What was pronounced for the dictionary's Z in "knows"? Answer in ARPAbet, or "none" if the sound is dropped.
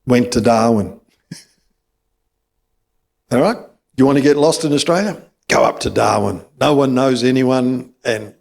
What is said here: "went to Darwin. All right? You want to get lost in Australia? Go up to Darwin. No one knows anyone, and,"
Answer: Z